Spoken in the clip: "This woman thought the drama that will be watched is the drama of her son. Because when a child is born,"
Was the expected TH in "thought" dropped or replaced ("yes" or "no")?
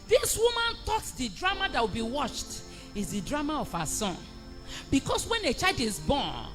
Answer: yes